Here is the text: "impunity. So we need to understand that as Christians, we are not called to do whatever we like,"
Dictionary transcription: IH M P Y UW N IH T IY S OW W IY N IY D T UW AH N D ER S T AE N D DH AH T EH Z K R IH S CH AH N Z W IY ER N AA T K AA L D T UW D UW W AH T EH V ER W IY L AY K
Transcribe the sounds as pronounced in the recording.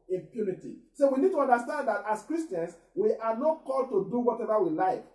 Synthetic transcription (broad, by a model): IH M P Y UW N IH T IY S OW W IY N IY D T UW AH N D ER S T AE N D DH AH T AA S K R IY S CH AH N S W IY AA N AA T K AA L D T UW D UW W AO T EH V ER W IY L AY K